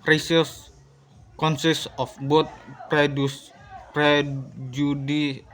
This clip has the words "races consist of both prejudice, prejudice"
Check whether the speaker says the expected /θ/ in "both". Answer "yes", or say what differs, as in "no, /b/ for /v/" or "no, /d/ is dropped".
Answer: no, /t/ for /θ/